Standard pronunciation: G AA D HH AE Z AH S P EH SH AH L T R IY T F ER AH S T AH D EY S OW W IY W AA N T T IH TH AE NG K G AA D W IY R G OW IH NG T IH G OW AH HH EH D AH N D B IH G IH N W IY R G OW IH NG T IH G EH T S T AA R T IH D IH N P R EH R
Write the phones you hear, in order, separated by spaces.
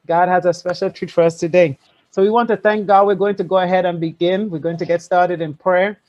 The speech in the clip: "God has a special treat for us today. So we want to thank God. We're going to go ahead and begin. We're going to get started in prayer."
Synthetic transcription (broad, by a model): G AA D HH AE Z AH S P EH SH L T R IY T F ER AH S T AH D EY S OW W IY W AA N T T IH TH AE NG K G AA D W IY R G OW IH NG T IH G OW AH HH EH D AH N B IH G IH N W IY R G OW IH NG T IH G EH T S T AA R T IH D IH N P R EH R